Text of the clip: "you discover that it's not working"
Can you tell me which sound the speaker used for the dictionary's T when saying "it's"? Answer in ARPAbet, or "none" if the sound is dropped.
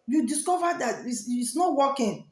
S